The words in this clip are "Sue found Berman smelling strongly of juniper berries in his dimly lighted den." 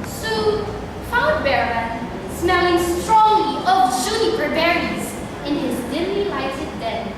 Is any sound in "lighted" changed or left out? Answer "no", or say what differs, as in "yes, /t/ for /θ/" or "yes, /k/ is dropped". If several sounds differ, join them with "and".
yes, /s/ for /t/